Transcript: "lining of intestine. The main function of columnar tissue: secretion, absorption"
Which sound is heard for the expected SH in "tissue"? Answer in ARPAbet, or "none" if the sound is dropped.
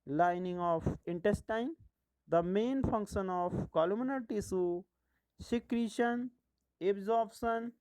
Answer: S